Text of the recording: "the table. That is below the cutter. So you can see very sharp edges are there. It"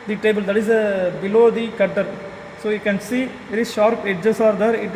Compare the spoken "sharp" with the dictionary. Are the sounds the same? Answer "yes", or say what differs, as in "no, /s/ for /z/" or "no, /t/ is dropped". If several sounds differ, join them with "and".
yes